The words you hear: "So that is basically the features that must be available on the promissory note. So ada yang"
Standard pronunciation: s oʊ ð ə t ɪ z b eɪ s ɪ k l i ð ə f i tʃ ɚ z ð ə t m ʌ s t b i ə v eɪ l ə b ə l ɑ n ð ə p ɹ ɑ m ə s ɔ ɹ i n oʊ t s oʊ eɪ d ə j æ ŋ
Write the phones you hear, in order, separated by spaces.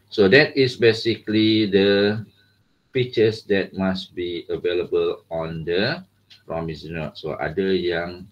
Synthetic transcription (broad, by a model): s oʊ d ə t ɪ s b eɪ s ɪ k l i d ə p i tʃ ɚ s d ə t m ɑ s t b i ə v eɪ l ə b ə l ɑ n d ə p ɹ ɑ m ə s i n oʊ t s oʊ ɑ d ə j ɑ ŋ